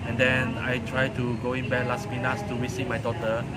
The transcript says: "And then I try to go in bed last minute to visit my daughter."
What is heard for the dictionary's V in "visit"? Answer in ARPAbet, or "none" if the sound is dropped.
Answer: W